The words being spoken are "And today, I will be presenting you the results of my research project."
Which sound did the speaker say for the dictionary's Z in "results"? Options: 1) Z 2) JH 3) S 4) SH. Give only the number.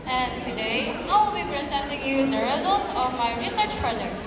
1